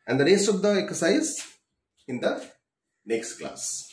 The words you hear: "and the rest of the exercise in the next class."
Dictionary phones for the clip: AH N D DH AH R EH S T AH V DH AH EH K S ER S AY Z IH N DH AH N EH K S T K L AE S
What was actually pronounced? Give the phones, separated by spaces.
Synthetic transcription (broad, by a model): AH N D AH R EH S AH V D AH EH K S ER S AY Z IH N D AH N EH K S T K L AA S